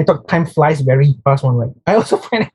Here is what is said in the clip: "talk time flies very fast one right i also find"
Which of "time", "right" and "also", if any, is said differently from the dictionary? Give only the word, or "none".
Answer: right